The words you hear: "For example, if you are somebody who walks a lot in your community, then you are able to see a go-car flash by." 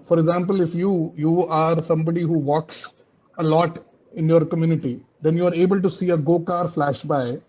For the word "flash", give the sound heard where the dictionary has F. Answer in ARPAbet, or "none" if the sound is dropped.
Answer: F